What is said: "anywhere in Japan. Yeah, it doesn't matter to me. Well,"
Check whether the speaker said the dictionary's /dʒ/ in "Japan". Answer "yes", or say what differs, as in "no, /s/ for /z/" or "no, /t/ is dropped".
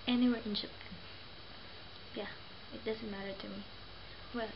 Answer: no, /ʃ/ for /dʒ/